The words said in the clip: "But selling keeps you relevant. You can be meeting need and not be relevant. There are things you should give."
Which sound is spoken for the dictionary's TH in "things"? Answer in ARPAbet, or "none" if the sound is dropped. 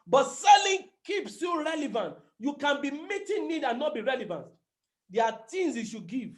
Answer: T